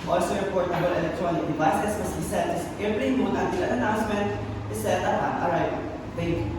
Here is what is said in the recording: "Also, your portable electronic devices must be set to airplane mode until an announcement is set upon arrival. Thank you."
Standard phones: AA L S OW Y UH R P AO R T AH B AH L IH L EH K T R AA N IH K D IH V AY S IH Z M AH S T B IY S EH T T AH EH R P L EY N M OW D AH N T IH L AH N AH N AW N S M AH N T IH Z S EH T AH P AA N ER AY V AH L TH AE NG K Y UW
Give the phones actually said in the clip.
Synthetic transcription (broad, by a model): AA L S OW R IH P AO R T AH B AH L IH L EH K T R AA N IH K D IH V AY S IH S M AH S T B IY S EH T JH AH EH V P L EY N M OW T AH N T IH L AH N AH N AW N S M AH N T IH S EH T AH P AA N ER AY AH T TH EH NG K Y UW